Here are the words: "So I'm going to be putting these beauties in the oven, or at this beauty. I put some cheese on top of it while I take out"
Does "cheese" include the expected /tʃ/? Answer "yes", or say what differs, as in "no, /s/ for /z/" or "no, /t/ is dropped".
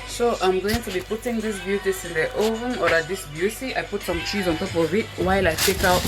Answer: yes